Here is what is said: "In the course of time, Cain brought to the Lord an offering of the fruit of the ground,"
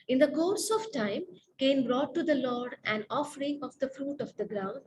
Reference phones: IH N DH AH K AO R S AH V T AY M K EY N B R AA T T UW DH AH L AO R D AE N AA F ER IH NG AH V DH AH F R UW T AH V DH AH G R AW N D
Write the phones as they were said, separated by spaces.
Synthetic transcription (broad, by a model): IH N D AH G AO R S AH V T AY M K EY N B R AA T T UW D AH L AO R D AE N AA F ER IH NG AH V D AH F R UW T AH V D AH G R AW N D